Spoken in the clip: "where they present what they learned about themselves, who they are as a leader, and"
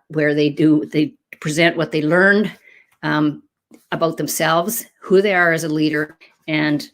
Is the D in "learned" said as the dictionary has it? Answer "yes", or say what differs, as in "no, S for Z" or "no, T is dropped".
yes